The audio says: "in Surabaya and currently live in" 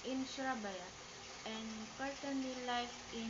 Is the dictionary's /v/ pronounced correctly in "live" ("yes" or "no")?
no